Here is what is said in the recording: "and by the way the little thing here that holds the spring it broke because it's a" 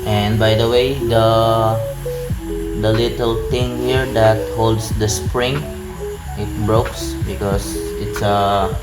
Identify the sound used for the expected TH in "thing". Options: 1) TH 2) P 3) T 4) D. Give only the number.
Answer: 3